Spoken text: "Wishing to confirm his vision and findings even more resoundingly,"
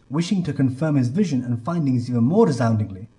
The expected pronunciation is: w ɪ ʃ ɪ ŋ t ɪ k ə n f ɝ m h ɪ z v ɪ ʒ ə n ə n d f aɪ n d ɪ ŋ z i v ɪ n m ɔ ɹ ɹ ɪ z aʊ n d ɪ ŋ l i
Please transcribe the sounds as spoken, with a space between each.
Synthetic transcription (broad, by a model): w ɪ ʃ ɪ ŋ t ɪ k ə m f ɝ m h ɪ z v ɪ ʒ ə n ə n f aɪ n d ɪ ŋ z i v ɪ n m ɔ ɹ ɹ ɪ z aʊ n d ɪ ŋ l i